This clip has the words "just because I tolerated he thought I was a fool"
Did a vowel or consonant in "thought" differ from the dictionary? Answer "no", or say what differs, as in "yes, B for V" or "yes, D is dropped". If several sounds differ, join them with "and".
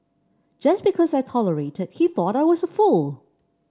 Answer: no